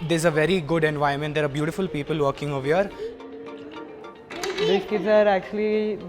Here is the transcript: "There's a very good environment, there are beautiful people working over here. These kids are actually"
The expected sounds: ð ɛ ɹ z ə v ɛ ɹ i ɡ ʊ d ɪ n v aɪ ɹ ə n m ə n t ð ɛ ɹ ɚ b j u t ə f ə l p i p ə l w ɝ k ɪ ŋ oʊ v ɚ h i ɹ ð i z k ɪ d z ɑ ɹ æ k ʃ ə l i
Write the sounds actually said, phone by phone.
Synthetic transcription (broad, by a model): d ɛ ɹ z ə v ɛ ɹ i ɡ ʊ d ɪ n v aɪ ə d m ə n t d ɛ ɹ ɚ b j u t ə f ə l p i p ə l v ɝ k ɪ ŋ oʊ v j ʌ ɹ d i k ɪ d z ɑ ɹ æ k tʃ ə l i